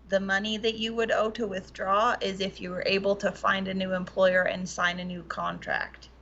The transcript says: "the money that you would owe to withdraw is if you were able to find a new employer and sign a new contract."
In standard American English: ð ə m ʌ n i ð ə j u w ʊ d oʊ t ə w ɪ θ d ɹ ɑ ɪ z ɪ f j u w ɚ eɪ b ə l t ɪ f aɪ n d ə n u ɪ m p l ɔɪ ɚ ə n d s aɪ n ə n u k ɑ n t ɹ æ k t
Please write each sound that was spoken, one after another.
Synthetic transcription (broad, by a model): ð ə m ʌ n i ð ə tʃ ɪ w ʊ d oʊ t ə w ɪ θ d ɹ ɑ ɪ z ɪ f j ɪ w ɚ eɪ b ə l t ɪ f aɪ n d ə n u ɪ m p l ɔɪ ɚ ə n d s aɪ n ə n u k ɑ n t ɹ æ k t